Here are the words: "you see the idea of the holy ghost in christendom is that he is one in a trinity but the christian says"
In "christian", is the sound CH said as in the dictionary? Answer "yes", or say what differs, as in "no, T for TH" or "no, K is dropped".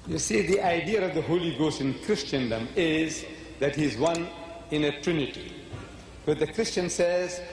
yes